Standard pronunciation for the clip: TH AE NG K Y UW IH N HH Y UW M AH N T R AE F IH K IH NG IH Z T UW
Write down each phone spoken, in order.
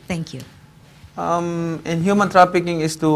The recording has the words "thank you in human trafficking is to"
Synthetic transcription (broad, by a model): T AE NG K Y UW IH N HH Y UW M AH N T R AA P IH K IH NG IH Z T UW